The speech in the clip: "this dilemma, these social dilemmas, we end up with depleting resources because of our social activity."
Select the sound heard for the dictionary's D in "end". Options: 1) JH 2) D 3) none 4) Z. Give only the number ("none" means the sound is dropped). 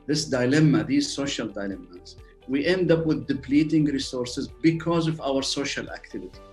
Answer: 2